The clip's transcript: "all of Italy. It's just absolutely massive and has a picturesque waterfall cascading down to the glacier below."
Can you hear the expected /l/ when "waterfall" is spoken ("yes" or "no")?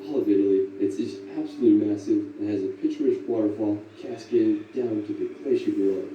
no